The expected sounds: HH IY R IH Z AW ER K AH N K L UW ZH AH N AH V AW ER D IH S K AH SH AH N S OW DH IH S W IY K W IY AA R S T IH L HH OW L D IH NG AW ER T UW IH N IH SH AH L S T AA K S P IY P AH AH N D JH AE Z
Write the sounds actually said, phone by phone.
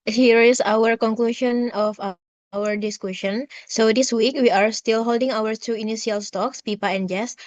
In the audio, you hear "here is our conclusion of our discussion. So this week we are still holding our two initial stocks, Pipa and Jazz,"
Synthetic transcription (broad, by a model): HH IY R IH S AW ER K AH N K L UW SH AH N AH F AW ER D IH S K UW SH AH N S OW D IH S W IY K W IY AA R S T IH L HH OW L D IH NG AW ER T UW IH N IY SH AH L S T AA K S P IY P AH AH N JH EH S